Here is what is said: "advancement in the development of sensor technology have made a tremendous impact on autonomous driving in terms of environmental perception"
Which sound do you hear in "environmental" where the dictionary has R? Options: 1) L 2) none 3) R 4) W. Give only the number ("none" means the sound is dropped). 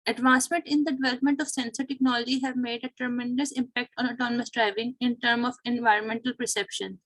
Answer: 3